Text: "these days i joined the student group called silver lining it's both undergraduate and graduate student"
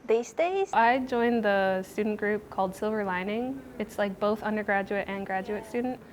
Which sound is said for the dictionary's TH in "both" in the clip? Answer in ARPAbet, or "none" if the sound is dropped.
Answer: TH